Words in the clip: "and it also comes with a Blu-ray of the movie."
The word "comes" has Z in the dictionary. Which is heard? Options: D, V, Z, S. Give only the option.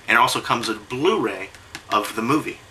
Z